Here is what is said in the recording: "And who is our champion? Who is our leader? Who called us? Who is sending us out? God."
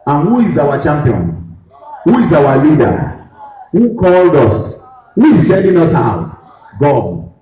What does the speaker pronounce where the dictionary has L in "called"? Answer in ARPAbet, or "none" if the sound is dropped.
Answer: L